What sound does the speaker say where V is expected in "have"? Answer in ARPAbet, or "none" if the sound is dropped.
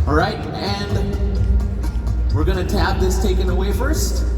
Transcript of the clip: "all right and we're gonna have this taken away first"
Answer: P